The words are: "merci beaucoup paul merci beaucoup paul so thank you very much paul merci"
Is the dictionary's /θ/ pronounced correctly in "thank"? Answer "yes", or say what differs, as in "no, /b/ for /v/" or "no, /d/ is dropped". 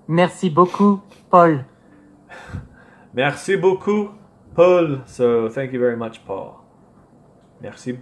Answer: yes